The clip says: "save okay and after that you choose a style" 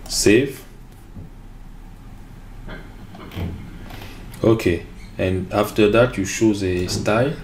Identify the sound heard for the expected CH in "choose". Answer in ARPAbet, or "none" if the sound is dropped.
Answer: SH